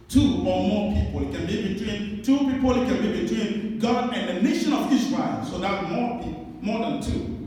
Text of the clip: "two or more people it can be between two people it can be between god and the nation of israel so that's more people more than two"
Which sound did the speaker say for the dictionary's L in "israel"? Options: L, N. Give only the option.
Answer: N